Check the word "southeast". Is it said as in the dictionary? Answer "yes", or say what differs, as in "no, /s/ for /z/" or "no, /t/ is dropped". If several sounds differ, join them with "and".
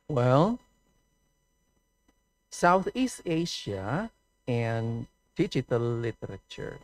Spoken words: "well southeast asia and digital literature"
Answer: yes